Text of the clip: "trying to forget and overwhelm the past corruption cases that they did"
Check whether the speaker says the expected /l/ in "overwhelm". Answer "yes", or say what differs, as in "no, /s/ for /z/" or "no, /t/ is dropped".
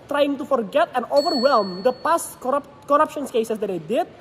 yes